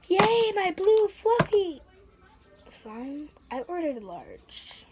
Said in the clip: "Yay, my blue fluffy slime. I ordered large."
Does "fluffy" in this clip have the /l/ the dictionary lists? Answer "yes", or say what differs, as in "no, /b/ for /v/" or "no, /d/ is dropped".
no, /l/ is dropped